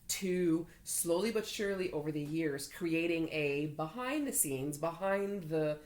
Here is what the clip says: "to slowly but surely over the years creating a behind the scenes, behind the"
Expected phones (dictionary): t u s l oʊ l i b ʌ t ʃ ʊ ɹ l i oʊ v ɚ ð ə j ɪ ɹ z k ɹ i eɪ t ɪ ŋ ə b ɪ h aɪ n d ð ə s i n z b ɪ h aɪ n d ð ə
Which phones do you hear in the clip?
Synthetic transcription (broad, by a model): t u s l oʊ l i b ʌ t ʃ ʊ ɹ l i oʊ v ɚ ð ə j ɪ ɹ z k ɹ i eɪ t ɪ ŋ ə b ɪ h aɪ n ð ə s i n z b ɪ h aɪ n ð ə